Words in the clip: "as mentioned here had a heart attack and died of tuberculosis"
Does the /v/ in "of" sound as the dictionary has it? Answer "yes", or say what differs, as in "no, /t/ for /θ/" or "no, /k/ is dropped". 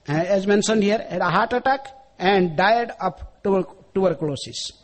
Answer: no, /p/ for /v/